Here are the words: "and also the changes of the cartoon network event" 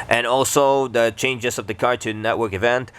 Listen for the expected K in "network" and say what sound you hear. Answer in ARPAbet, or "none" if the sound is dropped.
K